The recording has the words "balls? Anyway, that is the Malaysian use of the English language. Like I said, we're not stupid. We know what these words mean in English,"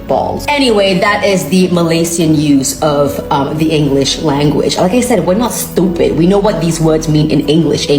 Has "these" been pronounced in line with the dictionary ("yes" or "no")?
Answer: yes